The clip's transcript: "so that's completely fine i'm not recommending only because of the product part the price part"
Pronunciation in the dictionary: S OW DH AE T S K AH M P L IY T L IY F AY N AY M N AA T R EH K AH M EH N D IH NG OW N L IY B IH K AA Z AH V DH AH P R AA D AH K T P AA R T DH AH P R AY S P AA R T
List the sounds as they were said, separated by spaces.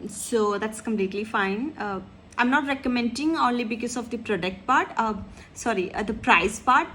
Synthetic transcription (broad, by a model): S OW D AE T S K AH M P L IY T L IY F AY N AY M N AA T R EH K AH M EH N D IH NG OW N L IY B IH K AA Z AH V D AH P R AA D AH K T P AA R T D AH P R AY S P AA R T